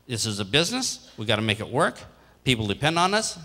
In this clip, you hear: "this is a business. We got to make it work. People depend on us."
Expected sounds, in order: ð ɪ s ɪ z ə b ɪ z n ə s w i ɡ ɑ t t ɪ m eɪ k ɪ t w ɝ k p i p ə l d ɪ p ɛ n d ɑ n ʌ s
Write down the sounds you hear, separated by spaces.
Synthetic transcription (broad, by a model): ð ɪ s ɪ z ə b ɪ z n ə s w i ɡ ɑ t t ɪ m eɪ k ɪ t w ɝ k p i p l d ɪ p ɛ n d n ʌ s